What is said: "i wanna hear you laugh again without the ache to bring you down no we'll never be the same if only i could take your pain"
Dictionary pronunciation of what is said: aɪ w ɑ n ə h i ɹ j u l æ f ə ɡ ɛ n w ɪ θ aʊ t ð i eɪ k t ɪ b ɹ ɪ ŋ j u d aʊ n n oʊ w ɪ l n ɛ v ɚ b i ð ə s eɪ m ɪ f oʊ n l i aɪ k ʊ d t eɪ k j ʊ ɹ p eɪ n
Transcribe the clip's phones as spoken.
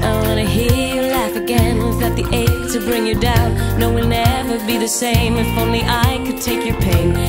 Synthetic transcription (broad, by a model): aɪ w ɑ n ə h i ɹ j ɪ l æ f ə ɡ ɛ n w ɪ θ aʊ t ð i eɪ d t ɪ b ɹ ɪ ŋ j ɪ d aʊ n n oʊ w ɪ l n ɛ v ɚ b i ð ə s eɪ m ɪ f oʊ n l i aɪ k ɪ d t eɪ k j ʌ ɹ p eɪ n